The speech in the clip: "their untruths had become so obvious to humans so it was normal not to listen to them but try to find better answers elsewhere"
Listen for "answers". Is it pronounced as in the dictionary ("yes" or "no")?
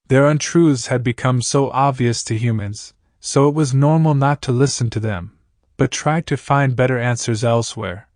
yes